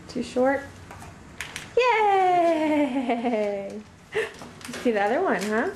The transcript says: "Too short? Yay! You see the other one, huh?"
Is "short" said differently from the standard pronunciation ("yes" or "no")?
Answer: no